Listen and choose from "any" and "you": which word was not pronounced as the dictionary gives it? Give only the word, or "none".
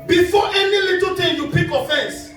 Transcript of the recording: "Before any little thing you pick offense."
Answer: none